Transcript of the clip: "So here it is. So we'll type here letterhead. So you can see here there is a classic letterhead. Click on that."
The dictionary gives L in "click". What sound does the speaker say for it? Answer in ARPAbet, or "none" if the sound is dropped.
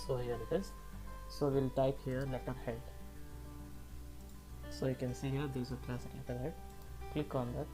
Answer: L